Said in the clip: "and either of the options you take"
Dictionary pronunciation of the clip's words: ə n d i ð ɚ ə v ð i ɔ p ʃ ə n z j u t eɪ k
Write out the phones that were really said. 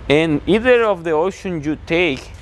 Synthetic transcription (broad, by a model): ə n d i ð ɚ ə v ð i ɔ ʃ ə n j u t eɪ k